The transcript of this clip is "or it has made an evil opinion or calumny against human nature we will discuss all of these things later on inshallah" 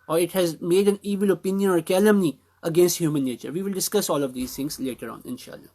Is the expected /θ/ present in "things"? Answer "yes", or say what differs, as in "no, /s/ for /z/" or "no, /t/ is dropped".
no, /t/ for /θ/